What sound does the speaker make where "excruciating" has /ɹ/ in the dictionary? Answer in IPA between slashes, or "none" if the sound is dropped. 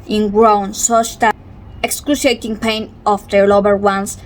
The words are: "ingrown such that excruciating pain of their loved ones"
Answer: /l/